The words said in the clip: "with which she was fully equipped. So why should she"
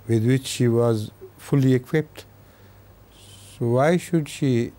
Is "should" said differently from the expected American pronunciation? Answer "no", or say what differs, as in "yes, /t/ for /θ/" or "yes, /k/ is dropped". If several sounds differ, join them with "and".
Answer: no